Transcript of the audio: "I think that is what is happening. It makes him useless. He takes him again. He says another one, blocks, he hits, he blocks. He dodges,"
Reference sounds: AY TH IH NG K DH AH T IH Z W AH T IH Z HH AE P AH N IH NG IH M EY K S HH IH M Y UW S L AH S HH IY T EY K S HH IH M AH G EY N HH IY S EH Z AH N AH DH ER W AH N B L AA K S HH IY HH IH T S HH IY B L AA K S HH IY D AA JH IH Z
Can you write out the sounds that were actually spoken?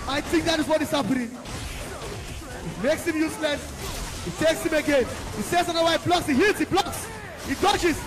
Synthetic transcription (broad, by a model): AY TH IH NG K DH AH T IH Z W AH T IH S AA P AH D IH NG IH M EY K S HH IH M Y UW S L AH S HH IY T EY K S HH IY M AH G EY N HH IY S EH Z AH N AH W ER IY B L AA K S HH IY HH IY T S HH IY B L AA K S HH IY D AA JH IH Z